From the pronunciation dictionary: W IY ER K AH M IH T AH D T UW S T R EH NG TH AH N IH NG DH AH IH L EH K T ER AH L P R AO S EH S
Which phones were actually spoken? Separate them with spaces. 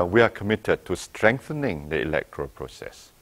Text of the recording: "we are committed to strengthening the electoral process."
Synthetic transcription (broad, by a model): W IY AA K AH M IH T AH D T UW S T R EH NG TH AH N IH NG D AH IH L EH K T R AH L P R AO S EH S